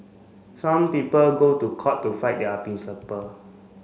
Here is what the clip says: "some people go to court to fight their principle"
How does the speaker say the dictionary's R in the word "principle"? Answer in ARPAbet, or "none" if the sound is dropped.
none